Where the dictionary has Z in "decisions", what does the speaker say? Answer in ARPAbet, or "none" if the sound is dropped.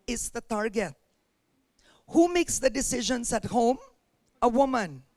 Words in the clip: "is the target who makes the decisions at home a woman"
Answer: S